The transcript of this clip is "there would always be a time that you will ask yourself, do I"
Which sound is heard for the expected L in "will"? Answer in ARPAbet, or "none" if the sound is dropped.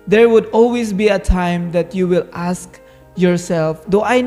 L